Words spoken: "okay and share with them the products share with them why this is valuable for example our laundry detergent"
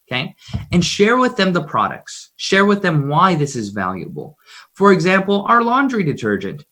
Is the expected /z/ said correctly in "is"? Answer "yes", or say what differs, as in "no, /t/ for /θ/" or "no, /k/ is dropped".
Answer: yes